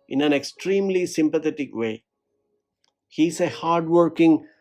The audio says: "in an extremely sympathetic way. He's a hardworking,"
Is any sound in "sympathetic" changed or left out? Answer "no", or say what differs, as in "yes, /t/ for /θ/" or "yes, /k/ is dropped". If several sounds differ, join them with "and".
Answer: yes, /t/ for /θ/